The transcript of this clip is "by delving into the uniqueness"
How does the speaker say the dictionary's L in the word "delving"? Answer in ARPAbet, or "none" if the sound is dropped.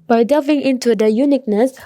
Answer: none